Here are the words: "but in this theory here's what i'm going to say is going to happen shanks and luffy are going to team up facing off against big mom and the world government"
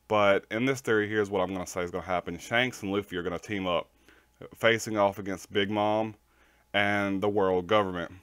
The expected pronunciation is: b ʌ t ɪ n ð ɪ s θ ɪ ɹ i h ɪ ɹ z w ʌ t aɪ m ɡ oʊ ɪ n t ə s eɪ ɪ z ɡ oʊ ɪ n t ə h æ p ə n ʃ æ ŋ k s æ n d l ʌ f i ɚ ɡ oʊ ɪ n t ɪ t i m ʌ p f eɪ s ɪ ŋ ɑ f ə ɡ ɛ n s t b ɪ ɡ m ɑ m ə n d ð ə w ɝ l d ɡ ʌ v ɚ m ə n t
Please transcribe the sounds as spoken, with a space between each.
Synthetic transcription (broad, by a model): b ʌ t ɪ n ð ɪ s θ ɪ ɹ i h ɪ ɹ z w ʌ t aɪ m ɡ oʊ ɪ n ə s eɪ ɪ z ɡ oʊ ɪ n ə h æ p ə n ʃ æ ŋ k s n l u f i ɚ ɡ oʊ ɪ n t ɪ t i m ʌ p f eɪ s ɪ ŋ ɑ f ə ɡ ɛ n s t b ɪ ɡ m ɑ m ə n ð ə w ɝ l d ɡ ʌ v ɚ m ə n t